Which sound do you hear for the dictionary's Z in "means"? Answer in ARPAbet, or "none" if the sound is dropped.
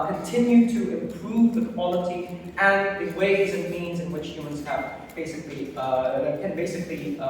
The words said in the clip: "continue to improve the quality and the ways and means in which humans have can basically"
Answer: Z